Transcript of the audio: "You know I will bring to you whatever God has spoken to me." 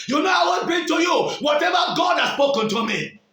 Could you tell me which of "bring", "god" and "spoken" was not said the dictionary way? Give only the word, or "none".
bring